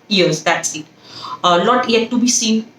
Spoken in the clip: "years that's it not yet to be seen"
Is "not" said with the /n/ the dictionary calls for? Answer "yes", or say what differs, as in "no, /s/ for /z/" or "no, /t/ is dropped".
no, /l/ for /n/